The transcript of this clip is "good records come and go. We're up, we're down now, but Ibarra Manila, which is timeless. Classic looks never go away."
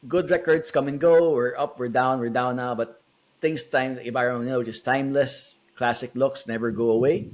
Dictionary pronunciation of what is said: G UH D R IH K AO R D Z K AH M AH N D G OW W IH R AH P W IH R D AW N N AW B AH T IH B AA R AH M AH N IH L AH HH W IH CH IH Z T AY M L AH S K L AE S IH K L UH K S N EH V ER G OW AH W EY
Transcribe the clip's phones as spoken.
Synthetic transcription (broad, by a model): G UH D R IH K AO R D S K AH M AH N G OW W IH R AH P W IH R D AW N N AW B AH T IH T AA AH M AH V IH N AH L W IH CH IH S T AY M L AH S K L AE S IH K L UH K S N EH V ER G OW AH W EY